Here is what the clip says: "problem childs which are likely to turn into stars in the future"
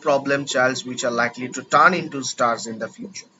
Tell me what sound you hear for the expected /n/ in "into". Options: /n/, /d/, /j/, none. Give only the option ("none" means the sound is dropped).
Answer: /n/